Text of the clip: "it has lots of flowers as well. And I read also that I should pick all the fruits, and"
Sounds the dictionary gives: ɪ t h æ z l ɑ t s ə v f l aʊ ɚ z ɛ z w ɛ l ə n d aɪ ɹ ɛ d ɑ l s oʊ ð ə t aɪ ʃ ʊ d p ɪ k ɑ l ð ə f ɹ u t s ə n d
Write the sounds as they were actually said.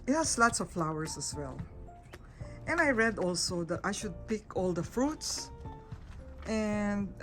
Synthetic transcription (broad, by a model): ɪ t h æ s l ɑ t s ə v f l aʊ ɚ s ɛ s w ɛ l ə n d aɪ ɹ ɛ d ɑ l s oʊ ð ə t aɪ ʃ ʊ d p ɪ k ɑ l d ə f ɹ u t s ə n d